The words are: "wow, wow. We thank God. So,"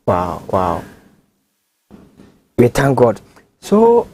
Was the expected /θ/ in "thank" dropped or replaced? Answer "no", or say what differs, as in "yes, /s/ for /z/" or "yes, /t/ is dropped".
yes, /t/ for /θ/